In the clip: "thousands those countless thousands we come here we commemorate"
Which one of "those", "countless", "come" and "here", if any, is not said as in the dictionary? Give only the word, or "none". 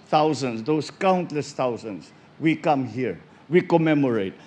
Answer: those